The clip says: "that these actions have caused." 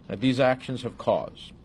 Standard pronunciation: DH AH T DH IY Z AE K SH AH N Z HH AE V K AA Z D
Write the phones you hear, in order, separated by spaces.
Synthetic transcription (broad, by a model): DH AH T DH IY Z AE K SH AH N Z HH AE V K AA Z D